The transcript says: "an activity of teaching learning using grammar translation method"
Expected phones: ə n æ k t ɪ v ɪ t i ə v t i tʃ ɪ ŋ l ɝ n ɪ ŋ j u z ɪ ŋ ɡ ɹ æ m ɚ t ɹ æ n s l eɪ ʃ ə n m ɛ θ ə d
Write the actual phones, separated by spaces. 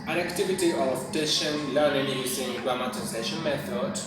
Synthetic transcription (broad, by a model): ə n æ k t ɪ v ɪ t i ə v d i ʃ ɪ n l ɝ n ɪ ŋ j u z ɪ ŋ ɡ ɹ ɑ m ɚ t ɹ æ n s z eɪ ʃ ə n m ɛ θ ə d